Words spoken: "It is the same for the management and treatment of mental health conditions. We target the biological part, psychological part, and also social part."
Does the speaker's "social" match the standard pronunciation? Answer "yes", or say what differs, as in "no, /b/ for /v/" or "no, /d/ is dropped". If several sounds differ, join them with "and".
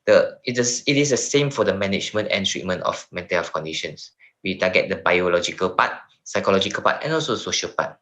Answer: yes